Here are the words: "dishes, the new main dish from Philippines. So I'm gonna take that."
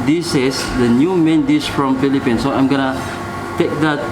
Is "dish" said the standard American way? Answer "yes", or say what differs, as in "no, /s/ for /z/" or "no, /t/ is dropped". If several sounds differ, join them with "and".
no, /s/ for /ʃ/